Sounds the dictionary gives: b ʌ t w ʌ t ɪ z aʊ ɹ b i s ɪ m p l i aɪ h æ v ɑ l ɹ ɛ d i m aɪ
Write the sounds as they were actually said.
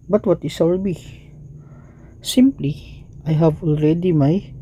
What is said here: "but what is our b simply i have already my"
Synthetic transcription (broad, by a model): b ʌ t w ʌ t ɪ s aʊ l b i s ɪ m p l i aɪ h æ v ɑ l ɹ ɛ d i m aɪ